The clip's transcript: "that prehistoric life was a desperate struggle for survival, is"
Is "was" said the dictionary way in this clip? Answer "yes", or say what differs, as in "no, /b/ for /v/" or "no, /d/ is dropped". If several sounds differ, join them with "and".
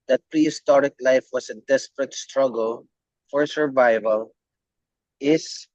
no, /s/ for /z/